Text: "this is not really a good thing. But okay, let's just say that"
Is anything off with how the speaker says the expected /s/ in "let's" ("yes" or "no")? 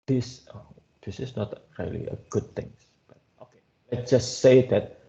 yes